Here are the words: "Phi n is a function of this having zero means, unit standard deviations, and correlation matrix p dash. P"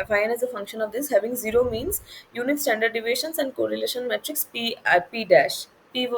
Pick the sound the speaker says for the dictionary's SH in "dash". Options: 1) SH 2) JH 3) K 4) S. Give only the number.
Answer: 1